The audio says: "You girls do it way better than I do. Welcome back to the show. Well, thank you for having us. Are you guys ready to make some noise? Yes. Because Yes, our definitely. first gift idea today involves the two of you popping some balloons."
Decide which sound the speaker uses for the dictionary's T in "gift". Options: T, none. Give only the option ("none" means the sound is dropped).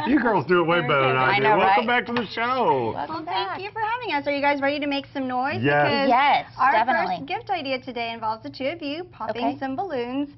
T